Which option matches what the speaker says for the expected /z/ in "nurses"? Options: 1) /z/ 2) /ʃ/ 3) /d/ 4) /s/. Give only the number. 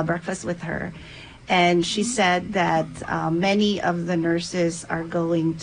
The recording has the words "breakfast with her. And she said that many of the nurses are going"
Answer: 1